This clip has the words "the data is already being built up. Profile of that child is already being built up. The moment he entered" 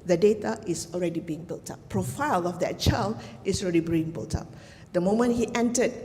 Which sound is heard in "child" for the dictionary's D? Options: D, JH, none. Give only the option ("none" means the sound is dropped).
none